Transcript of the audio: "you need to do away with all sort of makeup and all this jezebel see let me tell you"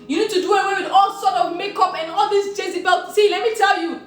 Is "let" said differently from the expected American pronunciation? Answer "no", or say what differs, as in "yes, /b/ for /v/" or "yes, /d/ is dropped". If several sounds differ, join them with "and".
no